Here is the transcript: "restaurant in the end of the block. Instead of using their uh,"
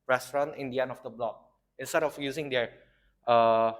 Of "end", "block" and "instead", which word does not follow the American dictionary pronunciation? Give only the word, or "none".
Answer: end